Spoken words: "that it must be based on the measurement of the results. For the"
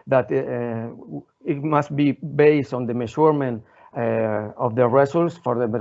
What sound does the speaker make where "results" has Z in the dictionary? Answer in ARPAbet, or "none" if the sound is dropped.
S